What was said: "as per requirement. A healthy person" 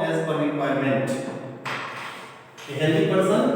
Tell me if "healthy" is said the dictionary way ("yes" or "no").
no